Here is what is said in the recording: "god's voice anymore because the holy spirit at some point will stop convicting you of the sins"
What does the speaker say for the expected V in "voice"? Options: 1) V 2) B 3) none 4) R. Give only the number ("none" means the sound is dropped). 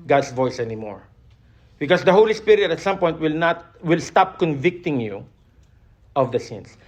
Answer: 1